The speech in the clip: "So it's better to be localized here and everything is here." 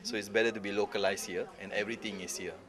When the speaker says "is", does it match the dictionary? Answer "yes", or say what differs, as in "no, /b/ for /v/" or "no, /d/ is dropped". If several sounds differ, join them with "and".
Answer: no, /s/ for /z/